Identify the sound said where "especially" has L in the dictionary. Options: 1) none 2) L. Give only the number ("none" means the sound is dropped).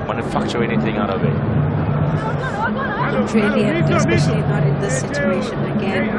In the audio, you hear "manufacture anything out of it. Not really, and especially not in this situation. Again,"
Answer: 1